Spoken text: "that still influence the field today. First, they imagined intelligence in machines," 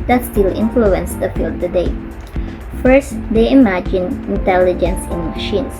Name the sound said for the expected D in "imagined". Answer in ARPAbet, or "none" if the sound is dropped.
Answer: none